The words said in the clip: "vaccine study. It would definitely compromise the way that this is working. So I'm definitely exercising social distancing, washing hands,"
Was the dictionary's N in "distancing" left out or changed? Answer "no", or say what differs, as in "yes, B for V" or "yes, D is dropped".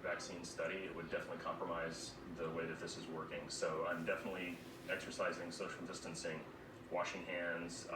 no